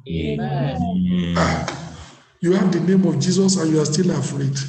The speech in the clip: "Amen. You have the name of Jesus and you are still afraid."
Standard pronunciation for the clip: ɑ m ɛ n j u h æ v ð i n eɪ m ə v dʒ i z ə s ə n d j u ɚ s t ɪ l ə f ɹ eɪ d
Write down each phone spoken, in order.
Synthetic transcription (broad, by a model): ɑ j u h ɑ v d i n eɪ m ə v dʒ i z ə s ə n j u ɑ s t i l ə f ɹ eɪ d